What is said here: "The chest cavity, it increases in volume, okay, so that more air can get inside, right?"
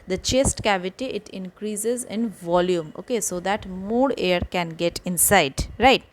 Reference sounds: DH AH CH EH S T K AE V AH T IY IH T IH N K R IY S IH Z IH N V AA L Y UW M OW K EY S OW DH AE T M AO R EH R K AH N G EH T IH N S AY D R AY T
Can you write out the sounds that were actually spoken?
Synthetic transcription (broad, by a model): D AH CH EH S T K AE V AH T IY IH T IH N K R IY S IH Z IH N V AA L Y UW M OW K EY S OW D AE T M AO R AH R K AH N G EH T IH N S AY D R AY T